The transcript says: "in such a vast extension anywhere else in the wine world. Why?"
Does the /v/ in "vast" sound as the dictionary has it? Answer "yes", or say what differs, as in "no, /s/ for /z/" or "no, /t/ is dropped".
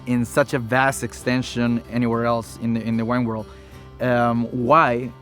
yes